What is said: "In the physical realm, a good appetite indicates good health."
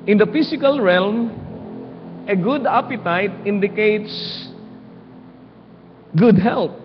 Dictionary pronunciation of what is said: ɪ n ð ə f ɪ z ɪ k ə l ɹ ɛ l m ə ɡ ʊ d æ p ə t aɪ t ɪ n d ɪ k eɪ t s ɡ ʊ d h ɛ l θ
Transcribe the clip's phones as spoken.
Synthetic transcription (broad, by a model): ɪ n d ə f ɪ s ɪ k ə l ɹ ɛ l m ə ɡ ʊ d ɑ p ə t aɪ t ɪ n d ɪ k eɪ t s ɡ ʊ d h ɛ l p